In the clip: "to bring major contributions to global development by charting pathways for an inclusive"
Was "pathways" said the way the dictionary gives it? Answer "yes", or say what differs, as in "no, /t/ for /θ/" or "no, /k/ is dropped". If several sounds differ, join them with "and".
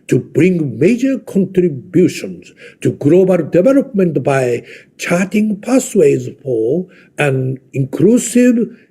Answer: no, /s/ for /θ/